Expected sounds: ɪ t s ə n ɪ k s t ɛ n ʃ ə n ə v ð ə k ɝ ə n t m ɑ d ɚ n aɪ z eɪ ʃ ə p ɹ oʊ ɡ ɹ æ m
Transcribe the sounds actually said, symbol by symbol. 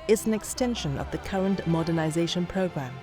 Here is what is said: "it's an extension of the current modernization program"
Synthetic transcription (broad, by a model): ɪ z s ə n ɪ k s t ɛ n ʃ ə n ə v ð ə k ɝ ə n t m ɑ d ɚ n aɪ z eɪ ʃ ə p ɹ oʊ ɡ ɹ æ m